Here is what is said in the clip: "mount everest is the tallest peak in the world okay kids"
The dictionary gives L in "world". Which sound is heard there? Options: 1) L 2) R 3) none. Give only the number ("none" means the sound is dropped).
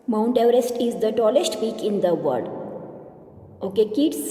3